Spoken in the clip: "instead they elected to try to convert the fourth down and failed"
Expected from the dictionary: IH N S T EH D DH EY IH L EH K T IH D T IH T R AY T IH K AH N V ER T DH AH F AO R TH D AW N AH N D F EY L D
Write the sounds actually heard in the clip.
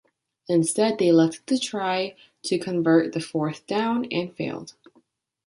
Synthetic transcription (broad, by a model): IH N S T EH D DH EY IH L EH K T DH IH T R AY T IH K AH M V ER T DH AH F AO R TH D AW N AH N F EY L D